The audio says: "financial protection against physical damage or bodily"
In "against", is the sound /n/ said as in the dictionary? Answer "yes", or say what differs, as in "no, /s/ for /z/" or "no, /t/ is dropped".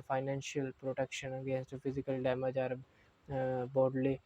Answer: yes